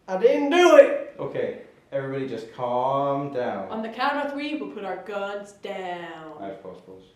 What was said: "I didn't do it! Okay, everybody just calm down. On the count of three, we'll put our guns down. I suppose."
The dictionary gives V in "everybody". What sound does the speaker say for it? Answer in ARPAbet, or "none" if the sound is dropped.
V